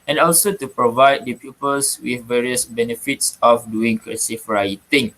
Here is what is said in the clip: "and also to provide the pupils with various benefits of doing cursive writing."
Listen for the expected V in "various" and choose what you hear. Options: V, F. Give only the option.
V